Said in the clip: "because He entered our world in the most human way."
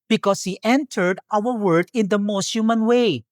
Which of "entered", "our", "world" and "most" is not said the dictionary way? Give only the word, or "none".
world